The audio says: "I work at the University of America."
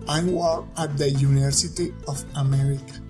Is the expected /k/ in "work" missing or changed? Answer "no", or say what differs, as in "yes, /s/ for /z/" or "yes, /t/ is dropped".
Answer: yes, /k/ is dropped